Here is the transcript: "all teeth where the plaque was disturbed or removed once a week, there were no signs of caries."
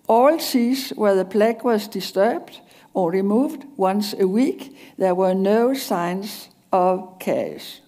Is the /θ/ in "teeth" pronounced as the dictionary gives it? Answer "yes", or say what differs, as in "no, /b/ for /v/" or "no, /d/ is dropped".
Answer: no, /s/ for /θ/